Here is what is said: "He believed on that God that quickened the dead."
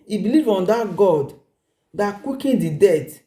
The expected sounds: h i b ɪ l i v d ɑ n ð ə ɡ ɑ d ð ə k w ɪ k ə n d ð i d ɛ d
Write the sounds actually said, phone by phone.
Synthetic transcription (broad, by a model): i b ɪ l i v ɑ n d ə ɡ ɑ d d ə k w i k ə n d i d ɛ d